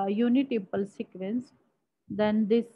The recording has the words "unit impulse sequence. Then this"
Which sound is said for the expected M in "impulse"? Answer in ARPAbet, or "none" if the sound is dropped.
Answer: none